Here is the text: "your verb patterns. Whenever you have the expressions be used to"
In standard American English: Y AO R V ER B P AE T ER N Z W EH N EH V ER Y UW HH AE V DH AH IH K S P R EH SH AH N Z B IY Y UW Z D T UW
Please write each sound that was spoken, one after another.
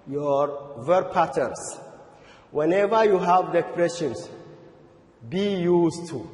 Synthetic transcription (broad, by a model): Y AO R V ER P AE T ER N S W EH N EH V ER Y UW HH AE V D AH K P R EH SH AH N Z B IY Y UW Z T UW